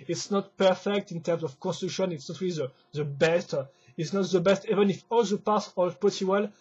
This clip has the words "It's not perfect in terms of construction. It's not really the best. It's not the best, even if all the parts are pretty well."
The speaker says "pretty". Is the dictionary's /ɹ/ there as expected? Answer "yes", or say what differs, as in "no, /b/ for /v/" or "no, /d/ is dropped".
no, /ɹ/ is dropped